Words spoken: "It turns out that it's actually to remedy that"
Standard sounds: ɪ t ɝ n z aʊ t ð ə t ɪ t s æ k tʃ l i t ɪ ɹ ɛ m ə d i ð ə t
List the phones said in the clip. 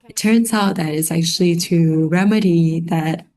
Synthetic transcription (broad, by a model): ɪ t ɝ n z aʊ t ð ə t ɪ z æ k tʃ l i t ɪ ɹ ɛ m ə d i ð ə t